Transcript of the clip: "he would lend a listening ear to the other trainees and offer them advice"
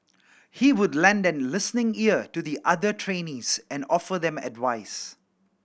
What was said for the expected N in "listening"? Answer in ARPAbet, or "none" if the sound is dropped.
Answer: N